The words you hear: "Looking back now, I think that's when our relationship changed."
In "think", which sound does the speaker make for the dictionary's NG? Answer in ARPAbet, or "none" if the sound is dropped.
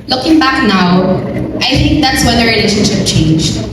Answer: NG